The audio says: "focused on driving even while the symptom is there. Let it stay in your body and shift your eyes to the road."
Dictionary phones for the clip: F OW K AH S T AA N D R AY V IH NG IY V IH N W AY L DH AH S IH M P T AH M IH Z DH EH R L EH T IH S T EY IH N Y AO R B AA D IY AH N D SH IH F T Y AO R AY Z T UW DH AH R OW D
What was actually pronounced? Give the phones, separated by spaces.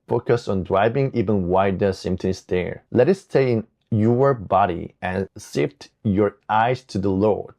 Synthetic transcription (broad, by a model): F OW K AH S AA N D R AY V IH NG IY V IH N W AY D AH S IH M T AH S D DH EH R L EH T IH S T EY IH N Y AO R B AA D IY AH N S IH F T Y AO R AY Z T UW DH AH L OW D